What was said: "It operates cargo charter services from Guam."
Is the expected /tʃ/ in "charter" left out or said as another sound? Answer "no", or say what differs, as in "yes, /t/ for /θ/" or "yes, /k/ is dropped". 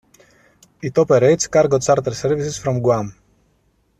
yes, /s/ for /tʃ/